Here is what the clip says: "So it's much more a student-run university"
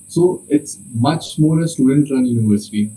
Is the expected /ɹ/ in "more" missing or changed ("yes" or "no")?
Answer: yes